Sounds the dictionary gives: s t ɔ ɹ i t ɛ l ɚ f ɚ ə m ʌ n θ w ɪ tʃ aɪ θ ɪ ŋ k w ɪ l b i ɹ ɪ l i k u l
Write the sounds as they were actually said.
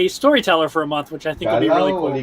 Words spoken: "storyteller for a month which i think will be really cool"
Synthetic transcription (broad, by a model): s t ɔ ɹ i t ɛ l ɚ f ɚ ə m ʌ n θ w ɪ tʃ aɪ θ ɪ ŋ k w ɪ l b i ɹ ɪ l i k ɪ